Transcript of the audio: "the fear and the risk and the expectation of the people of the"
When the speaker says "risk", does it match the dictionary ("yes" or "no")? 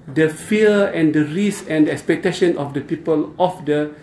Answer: no